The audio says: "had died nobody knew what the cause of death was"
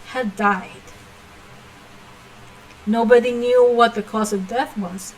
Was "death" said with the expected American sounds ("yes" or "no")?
yes